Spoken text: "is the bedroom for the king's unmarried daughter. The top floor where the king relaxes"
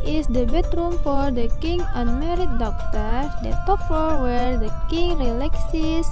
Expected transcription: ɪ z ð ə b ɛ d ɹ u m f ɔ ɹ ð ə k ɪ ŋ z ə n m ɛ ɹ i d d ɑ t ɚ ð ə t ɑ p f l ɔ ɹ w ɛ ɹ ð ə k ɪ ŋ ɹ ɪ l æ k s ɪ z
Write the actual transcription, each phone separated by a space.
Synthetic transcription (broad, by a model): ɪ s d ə b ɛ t ɹ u m f ɔ ɹ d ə k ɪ ŋ ə n m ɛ ɹ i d d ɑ t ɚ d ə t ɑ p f ɔ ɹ w ɛ ɹ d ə k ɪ ŋ ɹ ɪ l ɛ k s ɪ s